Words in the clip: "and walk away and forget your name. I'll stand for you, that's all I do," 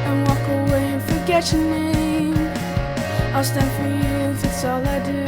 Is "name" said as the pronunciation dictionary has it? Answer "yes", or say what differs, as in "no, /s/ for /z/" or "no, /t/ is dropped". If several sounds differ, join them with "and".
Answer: no, /m/ is dropped